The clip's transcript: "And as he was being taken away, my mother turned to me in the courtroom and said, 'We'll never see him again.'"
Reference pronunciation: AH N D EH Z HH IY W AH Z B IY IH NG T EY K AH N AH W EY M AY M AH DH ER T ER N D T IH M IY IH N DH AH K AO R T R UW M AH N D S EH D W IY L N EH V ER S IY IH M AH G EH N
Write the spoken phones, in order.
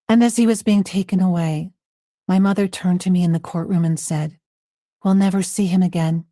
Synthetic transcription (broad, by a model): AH N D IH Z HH IY W AH Z B IY IH NG T EY K AH N AH W EY M AY M AH DH ER T ER N T IH M IY IH N DH AH K AO R T R UW M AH N S EH D W IY L N EH V ER S IY IH M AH G EH N